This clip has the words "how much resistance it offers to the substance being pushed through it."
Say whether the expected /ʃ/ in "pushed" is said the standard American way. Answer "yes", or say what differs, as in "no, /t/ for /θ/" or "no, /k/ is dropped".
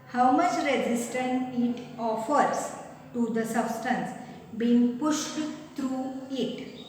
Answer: yes